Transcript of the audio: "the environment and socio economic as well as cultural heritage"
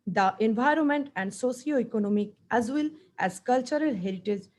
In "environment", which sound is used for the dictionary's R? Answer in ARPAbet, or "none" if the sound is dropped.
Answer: R